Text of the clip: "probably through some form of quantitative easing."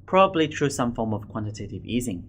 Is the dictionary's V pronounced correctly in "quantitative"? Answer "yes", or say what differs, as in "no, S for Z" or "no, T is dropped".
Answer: yes